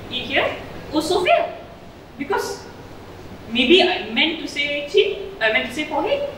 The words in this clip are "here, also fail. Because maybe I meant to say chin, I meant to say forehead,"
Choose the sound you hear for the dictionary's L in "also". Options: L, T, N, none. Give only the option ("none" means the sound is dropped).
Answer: none